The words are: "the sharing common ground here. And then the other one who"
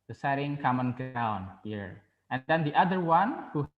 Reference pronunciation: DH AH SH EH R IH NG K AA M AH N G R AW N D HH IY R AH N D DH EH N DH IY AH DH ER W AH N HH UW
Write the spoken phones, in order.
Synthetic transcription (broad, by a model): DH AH S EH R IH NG K AA M AH N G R AW N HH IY R AH N D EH N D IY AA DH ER W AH N HH UW